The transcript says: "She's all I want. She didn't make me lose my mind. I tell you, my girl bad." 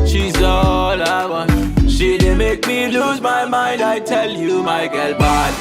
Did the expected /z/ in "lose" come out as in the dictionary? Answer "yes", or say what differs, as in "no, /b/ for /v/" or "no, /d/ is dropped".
yes